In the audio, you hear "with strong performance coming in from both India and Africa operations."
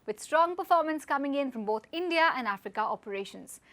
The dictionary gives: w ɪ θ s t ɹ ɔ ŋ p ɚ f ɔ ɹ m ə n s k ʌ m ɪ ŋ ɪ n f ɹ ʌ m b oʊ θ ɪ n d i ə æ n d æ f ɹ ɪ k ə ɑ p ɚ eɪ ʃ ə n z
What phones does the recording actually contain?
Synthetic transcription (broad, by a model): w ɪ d s t ɹ ɔ ŋ p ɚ f ɔ ɹ m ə n s k ʌ m ɪ ŋ ɪ n f ɹ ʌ m b oʊ t ɪ n d i ə æ n d æ f ɹ ɪ k ə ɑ p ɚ eɪ ʃ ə n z